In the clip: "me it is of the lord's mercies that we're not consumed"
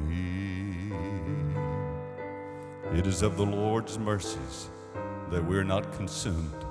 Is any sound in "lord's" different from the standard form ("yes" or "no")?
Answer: no